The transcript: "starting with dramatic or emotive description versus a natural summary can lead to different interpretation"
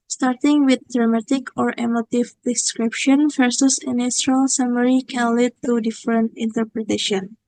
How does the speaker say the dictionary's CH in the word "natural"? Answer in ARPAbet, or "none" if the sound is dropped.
S